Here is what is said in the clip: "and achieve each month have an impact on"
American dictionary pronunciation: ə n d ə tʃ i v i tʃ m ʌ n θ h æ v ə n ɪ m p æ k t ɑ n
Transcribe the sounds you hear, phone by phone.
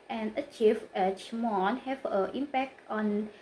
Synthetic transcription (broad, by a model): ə n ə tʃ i f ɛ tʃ m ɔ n h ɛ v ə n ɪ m p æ k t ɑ n